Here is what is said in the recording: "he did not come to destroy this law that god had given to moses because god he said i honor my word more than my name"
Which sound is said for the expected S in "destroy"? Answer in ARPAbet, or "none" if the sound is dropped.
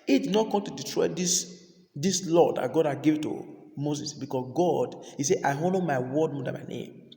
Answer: none